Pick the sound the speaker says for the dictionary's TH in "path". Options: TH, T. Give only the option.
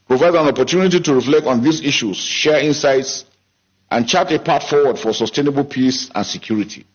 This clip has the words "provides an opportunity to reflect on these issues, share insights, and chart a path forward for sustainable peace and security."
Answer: T